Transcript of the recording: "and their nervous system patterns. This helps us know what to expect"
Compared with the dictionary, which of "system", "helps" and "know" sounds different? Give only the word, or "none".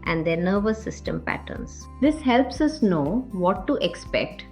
none